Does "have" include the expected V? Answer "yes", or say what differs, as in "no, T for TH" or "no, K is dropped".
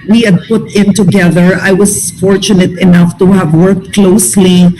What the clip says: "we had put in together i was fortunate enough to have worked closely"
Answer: yes